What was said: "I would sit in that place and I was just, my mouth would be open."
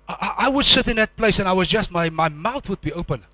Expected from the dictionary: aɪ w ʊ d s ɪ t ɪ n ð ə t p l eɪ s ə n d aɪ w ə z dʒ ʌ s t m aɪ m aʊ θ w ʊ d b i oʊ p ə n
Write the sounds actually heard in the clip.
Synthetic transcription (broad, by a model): aɪ w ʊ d s ɪ t ɪ n ð ə t p l eɪ s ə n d aɪ w ə z dʒ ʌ s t m aɪ m aʊ θ w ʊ d b i oʊ p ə n